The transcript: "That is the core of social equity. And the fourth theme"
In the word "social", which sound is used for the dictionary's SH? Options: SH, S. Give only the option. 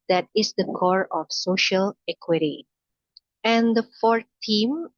SH